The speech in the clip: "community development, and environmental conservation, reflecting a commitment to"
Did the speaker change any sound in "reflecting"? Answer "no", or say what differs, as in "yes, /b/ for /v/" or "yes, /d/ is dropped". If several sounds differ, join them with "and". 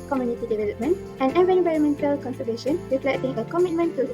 yes, /k/ is dropped